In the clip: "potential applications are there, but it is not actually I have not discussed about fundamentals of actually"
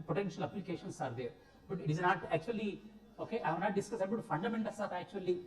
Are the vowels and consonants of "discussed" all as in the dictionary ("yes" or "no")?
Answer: no